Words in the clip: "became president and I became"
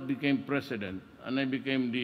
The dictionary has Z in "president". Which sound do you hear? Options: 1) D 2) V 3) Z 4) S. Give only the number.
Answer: 4